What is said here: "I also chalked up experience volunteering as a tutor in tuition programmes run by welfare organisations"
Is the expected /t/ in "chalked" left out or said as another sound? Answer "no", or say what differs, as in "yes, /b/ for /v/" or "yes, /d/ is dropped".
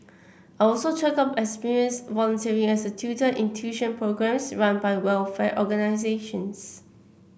yes, /t/ is dropped